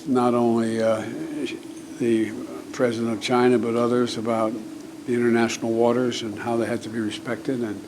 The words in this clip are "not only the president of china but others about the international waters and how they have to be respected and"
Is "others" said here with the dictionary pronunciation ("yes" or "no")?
yes